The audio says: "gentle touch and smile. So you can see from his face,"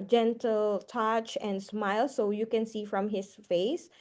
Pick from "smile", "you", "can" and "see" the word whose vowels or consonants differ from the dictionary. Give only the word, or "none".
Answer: none